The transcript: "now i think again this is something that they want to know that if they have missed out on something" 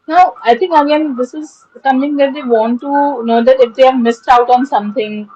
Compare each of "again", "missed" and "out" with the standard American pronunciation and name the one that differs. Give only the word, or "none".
none